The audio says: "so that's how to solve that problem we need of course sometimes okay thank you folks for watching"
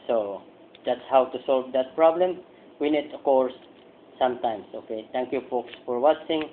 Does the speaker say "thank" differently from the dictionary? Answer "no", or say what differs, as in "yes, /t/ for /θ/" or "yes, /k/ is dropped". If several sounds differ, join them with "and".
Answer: yes, /t/ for /θ/